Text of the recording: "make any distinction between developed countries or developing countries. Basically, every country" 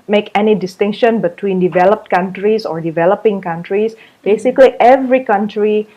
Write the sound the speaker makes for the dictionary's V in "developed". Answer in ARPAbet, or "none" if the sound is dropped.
V